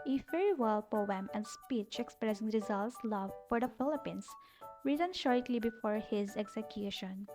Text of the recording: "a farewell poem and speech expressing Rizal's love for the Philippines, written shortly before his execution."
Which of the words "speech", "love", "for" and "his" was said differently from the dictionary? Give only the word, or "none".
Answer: none